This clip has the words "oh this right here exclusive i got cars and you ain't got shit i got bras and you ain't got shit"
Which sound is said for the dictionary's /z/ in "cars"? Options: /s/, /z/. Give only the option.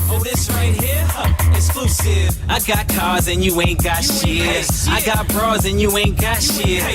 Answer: /z/